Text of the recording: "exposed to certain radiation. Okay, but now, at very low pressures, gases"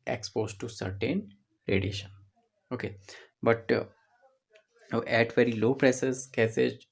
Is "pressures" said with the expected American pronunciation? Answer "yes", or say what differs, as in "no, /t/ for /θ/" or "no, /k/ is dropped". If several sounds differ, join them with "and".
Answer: no, /s/ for /ʃ/